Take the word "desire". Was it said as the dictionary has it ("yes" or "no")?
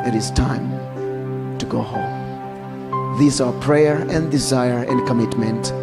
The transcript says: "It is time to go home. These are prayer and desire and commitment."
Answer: yes